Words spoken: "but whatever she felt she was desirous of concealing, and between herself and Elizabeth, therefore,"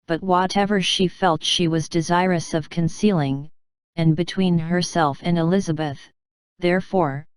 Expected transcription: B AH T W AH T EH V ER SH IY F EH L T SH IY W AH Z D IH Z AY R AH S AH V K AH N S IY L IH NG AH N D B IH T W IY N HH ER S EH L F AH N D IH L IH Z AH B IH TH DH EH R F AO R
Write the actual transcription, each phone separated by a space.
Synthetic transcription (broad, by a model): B AH T W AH T EH V ER SH IY F EH L T SH IY W AH Z D IH Z AY R AH S AH V K AH N S IY L IH NG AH N B IH T W IY N HH ER S EH L F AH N IH L IH Z AH B IH TH DH EH R F AO R